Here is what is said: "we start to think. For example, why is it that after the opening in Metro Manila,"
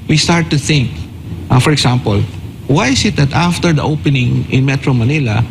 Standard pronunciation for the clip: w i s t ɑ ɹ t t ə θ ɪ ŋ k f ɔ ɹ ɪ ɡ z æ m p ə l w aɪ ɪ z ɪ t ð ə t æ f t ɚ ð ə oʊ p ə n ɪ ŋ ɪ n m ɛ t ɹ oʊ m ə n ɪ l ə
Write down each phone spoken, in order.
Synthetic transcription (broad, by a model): w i s t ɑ ɹ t t ə θ ɪ ŋ k f ɔ ɹ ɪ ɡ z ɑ m p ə l w aɪ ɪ s ɪ t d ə t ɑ f t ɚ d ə oʊ p ə n ɪ ŋ ɪ n m ɛ t ɹ oʊ m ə n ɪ l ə